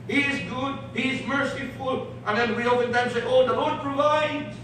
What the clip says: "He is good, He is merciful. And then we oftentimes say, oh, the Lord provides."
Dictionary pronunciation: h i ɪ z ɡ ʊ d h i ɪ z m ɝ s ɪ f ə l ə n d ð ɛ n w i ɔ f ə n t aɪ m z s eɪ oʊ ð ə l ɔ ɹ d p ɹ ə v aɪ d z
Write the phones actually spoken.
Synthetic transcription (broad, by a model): h i ɪ z ɡ ʊ d h i ɪ z m ɝ s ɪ f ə l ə n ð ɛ n w i ɔ p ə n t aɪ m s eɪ oʊ ð ə l ɔ ɹ d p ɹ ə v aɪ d